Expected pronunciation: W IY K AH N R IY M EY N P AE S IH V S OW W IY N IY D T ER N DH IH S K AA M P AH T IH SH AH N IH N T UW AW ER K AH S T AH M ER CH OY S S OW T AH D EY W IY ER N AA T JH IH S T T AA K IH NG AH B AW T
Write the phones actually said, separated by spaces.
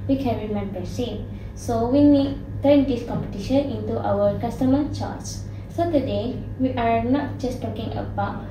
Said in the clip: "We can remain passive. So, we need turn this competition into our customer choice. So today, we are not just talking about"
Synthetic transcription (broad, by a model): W IY K AH N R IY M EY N B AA S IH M S OW W IY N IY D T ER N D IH S K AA M P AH T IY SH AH N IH N T UW AW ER K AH S T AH M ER CH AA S S OW T AH D EY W IY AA N AA T JH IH S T T AA K IH NG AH B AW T